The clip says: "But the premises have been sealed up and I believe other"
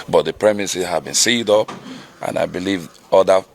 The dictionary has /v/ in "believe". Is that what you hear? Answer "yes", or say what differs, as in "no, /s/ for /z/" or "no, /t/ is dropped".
yes